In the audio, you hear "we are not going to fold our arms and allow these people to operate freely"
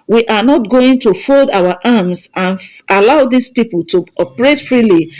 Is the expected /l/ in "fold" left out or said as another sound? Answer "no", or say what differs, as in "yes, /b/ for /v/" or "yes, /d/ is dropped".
no